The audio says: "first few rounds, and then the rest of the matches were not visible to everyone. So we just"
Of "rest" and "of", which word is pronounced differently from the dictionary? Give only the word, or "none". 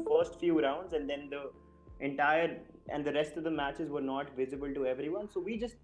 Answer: none